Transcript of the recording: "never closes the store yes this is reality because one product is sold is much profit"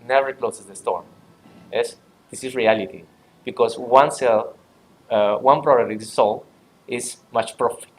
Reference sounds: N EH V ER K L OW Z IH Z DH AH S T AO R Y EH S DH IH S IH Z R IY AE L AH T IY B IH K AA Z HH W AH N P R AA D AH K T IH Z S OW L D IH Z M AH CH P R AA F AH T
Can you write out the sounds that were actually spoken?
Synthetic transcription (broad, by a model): N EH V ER K L OW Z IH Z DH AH S T AO R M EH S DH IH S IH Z R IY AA L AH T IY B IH K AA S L W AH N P R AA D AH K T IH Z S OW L IH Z M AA CH P R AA F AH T